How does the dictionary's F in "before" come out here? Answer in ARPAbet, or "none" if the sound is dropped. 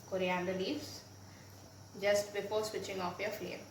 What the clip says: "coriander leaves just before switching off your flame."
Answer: P